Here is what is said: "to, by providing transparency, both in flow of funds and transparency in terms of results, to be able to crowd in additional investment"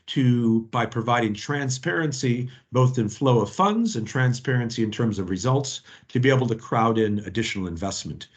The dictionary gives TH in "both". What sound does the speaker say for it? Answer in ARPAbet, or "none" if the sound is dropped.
TH